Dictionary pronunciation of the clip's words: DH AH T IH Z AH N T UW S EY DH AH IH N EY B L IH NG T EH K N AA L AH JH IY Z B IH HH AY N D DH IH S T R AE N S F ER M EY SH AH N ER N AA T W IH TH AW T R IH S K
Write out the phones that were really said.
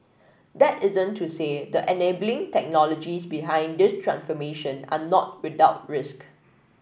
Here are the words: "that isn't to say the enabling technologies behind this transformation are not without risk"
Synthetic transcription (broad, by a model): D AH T IH Z AH N T UW S EY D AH IH N EY B L IH NG T EH K N AA L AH JH IY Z B IH HH AY N D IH S T R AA N S F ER M EY SH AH N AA N AA T W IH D AW T R IH S K